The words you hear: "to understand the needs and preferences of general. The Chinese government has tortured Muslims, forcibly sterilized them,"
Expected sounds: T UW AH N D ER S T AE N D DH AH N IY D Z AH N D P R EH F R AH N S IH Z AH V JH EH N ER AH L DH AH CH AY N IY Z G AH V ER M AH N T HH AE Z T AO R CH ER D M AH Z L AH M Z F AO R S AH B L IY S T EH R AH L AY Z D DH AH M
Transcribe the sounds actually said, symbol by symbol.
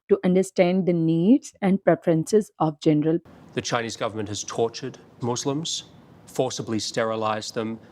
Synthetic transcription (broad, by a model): T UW AH N D ER S T AE N D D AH N IY D Z AH N D P R EH F R AH N S IH Z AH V JH EH N ER AH L DH AH CH AY N IY Z G AH V ER M AH N T HH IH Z T AO R CH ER D M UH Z L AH M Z F AO R S AH B L IY S T EH R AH L AY Z DH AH M